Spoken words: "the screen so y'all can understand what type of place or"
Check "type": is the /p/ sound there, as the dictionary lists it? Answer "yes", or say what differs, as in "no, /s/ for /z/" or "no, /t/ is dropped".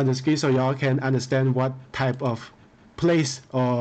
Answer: yes